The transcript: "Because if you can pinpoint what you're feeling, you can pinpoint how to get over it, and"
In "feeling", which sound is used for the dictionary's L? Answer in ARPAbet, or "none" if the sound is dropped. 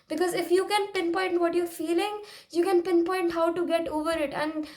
L